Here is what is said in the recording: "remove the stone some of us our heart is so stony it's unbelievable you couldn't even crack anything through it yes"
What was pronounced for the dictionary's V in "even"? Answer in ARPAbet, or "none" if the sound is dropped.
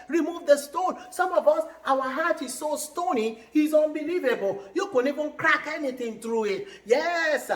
V